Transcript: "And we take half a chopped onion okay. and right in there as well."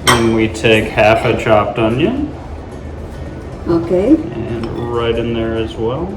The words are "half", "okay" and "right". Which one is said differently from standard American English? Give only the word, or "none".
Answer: none